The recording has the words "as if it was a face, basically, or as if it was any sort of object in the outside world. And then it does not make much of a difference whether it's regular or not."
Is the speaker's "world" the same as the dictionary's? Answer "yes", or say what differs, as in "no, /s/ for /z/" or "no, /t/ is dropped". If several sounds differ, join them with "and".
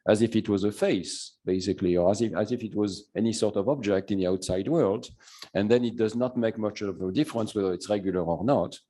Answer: yes